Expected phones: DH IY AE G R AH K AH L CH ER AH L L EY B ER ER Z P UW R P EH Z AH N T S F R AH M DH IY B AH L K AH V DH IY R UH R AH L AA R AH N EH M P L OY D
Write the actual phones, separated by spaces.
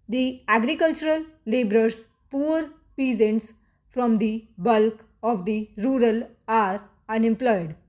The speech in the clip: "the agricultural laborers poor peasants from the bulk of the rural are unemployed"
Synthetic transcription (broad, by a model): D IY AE G R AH K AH L CH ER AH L L EY B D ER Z P UW R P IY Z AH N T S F R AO M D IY B AH L K AH V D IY R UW R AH L AA R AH N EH M P L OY D